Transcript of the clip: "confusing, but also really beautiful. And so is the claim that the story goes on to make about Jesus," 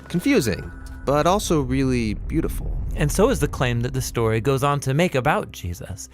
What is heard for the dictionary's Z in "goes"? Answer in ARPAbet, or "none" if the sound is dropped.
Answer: Z